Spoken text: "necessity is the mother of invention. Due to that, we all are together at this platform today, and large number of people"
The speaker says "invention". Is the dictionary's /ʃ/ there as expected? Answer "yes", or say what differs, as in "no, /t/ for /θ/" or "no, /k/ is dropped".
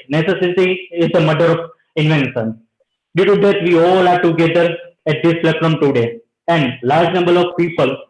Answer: no, /s/ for /ʃ/